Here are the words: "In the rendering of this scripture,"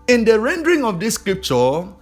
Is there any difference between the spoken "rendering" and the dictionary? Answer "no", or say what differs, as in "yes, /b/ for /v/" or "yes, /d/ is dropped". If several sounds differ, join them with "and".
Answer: no